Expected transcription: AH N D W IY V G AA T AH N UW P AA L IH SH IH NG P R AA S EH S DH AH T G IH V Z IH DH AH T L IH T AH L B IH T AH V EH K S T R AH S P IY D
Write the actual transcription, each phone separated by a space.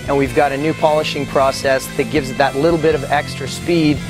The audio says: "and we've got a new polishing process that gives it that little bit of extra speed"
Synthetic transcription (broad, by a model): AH N W IY V G AA T AH N UW P AA L IH SH IH NG P R AA S EH S DH AH T G IH V Z DH AH T L IH T L B IH T AH V EH K S T R AH S P IY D